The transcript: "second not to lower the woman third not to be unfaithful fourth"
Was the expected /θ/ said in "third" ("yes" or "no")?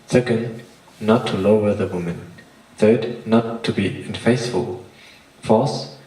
yes